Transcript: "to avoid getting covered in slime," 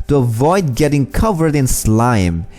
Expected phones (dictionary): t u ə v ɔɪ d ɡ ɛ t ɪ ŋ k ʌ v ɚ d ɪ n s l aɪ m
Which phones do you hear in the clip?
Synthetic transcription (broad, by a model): t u ə v ɔɪ d ɡ ɛ t ɪ ŋ k ʌ v ɚ d ɪ n s l aɪ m